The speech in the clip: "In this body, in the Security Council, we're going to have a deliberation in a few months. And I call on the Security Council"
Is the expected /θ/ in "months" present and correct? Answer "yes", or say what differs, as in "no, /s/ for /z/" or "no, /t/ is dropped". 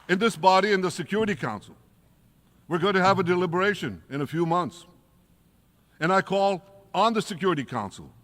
yes